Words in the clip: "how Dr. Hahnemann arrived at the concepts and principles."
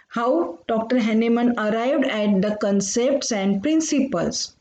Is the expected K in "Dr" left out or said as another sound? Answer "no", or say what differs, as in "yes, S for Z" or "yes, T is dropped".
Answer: no